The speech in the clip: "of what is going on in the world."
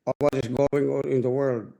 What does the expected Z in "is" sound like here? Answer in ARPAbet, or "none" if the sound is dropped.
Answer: S